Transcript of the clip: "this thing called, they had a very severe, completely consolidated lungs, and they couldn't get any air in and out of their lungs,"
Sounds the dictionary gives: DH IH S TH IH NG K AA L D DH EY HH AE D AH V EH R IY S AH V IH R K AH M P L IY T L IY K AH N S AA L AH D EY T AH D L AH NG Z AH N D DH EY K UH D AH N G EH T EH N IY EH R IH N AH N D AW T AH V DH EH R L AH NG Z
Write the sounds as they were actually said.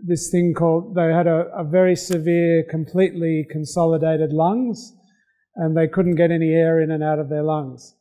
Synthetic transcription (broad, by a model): DH IH S TH IH NG K AA L D DH EY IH D AH V EH R IY S AH V IH R K AH M P L IY T L IY K AH N S AA L AH D EY T AH D L AH NG Z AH N DH EY K UH D N G EH T EH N IY EH R IH N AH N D AW T AH V DH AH R L AH NG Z